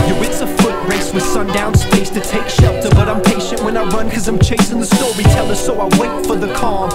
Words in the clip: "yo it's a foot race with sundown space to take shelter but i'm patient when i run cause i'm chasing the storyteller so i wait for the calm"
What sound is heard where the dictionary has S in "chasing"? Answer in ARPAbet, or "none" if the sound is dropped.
S